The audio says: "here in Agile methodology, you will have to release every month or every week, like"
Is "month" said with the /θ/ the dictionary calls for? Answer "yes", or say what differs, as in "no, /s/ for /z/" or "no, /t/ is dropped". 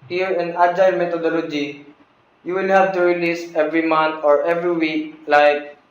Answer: no, /t/ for /θ/